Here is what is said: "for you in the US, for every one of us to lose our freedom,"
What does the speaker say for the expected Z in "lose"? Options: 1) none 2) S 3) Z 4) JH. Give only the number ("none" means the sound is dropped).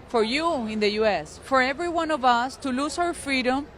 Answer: 2